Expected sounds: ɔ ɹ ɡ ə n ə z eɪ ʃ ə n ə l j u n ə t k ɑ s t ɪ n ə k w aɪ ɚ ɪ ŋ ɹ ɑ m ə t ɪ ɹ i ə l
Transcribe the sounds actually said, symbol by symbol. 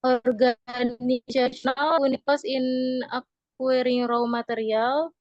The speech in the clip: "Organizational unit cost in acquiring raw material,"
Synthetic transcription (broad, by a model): ɔ ɹ ɡ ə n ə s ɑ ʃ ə n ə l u n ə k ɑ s ɪ n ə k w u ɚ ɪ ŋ ɹ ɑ m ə t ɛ ɹ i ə l